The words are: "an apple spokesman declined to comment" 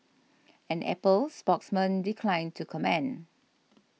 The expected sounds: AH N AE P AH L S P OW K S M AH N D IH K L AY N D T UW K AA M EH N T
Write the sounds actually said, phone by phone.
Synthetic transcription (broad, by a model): AH N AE P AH L S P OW K S M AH N D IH K L AY N T UW K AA M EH N